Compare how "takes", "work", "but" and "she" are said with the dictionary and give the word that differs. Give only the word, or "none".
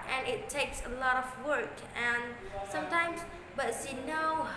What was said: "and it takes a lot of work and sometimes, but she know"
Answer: she